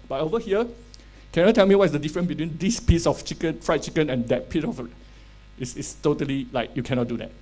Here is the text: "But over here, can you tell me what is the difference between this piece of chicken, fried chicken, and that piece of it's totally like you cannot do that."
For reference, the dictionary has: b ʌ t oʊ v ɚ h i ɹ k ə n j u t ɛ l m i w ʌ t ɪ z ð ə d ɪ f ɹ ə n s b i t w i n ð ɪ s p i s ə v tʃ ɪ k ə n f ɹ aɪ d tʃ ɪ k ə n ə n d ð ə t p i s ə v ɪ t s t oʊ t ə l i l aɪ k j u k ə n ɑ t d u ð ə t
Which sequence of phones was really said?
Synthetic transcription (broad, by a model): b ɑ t oʊ v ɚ h i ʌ k ə n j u t ɛ l m i w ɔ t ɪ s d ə d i f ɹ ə n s b i t w i n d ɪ s p i s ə f tʃ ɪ k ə n f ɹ aɪ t tʃ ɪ k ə n ə n d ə t p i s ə f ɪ s s t oʊ t ə l i l aɪ k j u k ə n ɑ t d u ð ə t